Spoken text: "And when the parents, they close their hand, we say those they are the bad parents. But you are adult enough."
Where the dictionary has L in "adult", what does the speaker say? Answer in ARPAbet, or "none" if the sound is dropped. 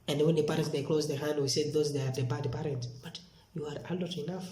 none